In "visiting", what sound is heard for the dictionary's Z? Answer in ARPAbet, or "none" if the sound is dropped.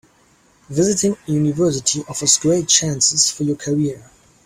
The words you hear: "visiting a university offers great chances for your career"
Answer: Z